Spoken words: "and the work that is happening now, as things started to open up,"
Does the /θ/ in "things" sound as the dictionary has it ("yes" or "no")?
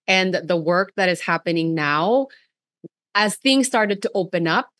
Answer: yes